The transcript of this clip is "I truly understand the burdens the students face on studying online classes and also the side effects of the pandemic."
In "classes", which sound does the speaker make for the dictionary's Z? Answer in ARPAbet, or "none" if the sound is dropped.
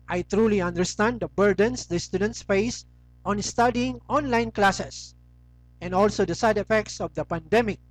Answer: S